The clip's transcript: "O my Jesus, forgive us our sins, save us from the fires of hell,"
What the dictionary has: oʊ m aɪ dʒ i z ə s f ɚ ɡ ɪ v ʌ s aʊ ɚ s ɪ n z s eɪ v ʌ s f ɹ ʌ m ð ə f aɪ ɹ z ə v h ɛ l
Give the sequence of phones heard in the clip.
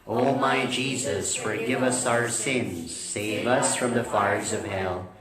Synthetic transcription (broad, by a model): oʊ m aɪ dʒ i z ə s f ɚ ɡ ɪ v ʌ s aʊ ɚ s ɪ n z s eɪ v ʌ s f ɹ ʌ m ð ə f aɪ ɹ z ə v h ɛ l